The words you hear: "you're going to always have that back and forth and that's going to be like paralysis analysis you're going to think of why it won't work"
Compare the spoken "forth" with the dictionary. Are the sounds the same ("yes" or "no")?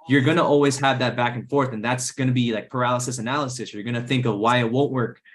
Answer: yes